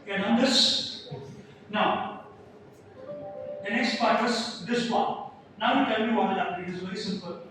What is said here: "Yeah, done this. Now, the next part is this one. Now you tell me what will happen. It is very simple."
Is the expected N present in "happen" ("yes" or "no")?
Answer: no